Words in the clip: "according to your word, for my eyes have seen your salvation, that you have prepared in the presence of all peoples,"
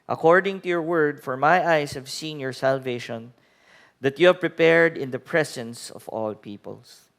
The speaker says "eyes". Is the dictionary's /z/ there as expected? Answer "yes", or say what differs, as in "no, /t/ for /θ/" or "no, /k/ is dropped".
no, /s/ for /z/